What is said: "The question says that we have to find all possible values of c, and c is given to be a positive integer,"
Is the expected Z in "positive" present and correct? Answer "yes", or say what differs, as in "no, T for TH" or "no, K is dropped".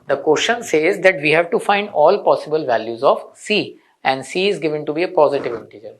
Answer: yes